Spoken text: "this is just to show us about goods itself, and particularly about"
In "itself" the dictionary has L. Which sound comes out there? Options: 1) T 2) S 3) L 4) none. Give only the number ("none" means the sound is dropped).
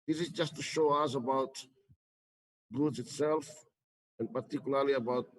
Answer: 3